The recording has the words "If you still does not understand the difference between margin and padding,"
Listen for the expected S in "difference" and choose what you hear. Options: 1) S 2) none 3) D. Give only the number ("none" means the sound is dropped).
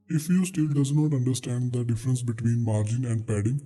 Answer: 1